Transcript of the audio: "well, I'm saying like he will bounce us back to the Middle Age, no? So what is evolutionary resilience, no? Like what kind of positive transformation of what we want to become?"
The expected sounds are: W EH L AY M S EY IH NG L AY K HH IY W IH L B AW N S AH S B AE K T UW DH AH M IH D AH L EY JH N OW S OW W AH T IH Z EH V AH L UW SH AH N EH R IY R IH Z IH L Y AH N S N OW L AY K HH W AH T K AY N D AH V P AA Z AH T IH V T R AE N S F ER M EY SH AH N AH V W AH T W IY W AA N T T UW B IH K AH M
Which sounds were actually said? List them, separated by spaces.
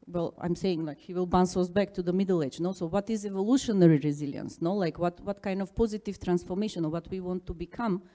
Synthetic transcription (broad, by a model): W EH L AY M S EY IH NG L AY K HH IY W IH L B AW N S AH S B AE K T UW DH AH M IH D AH L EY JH N OW S OW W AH T IH Z EH V AH L UW SH AH N EH R IY R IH Z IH L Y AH N S N OW L AY K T W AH T K AY N D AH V P AA Z AH T IH V T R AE N S F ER M EY SH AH N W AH T W IY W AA N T T UW B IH K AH M